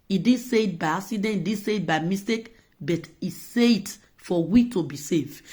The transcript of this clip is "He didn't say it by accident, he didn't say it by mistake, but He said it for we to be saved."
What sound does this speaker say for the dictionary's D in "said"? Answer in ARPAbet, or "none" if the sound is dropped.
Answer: none